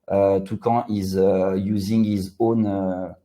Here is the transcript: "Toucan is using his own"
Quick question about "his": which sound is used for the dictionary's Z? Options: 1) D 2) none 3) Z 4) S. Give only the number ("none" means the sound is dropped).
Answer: 3